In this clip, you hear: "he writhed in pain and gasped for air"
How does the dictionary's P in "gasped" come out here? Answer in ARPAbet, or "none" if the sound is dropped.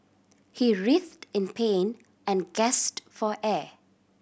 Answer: none